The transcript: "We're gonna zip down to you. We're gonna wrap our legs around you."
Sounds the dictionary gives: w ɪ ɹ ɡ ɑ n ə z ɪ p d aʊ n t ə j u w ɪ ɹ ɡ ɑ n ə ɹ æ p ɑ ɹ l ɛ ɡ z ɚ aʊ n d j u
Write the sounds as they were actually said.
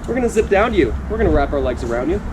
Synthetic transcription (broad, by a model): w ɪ ɹ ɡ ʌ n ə z ɪ p d aʊ n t j u w ɪ ɹ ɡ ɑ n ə ɹ æ p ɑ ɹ l ɛ ɡ z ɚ aʊ n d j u